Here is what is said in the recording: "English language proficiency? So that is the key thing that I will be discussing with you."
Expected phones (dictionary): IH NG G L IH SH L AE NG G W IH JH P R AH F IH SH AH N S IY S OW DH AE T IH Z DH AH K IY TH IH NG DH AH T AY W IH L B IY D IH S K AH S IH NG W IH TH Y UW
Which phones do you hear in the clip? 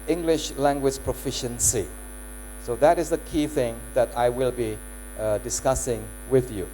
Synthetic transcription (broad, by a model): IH NG G L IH SH L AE NG G W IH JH P R AH F IH SH AH N S IY S OW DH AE T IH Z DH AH K IY TH IH NG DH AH T AY W IH L B IY D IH S K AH S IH NG W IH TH Y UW